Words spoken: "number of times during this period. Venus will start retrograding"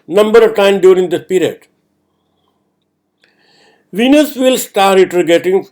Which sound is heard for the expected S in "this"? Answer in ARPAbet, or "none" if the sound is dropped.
none